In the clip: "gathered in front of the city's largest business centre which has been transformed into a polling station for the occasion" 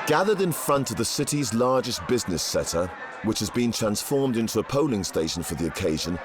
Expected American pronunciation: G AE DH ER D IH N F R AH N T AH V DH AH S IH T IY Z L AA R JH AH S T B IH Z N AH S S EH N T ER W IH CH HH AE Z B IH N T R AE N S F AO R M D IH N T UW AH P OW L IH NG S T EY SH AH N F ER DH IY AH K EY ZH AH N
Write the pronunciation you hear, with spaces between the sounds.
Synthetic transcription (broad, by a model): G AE DH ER D IH N F R AH N T AH V DH AH S IH T IY Z L AA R JH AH S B IH Z N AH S S EH T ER W IH CH HH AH Z B IH N T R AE N S F AO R M D IH N T UW AH P OW L IH NG S T EY SH AH N F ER DH IY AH K EY ZH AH N